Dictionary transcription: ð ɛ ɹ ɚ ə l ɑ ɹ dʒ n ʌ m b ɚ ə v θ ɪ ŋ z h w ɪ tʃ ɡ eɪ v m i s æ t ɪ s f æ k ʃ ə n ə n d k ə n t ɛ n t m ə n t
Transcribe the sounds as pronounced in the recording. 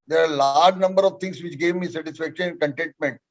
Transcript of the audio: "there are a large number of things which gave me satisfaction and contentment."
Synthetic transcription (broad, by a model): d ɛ ɹ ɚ ə l ɑ ɹ dʒ n ʌ m b ɚ ə v t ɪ ŋ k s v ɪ tʃ ɡ eɪ v m i s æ t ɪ s f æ k ʃ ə n ə n d k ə n t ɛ n t m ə n t